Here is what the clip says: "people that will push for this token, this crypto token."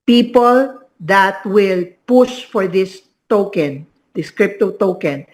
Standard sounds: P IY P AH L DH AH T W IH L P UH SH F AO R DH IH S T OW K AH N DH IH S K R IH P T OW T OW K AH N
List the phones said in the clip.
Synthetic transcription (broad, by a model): P IY P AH L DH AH T W IH L P UH SH F AO R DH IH S T OW K AH N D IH S K R IH P T OW T OW K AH N